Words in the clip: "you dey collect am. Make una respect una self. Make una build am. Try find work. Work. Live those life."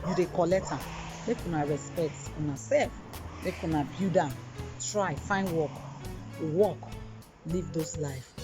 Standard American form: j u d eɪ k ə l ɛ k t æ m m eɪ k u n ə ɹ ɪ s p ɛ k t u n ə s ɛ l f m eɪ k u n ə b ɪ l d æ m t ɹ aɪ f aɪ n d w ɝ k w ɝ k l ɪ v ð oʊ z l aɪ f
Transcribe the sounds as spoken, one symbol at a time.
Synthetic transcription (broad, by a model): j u d eɪ k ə l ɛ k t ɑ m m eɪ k u n ə ɹ ɪ s p ɛ k t u n ə s ɛ l f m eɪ k u n ə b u d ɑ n t ɹ aɪ f aɪ n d w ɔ k w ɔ k l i v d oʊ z l aɪ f